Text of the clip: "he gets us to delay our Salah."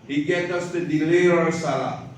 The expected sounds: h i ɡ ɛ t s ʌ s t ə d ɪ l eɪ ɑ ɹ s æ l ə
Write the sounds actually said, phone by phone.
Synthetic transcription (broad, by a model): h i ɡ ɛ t ʌ s t ə d ɪ l eɪ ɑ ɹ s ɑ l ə